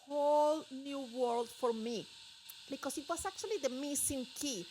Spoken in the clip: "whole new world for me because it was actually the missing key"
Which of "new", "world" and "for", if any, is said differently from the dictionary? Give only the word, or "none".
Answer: none